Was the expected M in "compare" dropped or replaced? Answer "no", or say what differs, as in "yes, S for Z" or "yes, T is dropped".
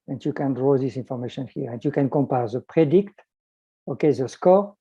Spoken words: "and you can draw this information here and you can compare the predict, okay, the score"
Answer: no